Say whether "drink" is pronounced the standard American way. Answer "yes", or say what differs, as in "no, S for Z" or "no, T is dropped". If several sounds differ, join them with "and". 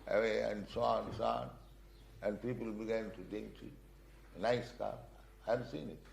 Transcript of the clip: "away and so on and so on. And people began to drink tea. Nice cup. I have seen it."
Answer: no, R is dropped